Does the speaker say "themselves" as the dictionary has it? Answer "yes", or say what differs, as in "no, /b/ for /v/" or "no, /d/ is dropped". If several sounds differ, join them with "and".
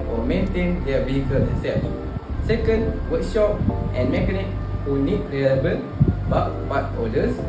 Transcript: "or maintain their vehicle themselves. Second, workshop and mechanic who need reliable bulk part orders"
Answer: no, /m/ is dropped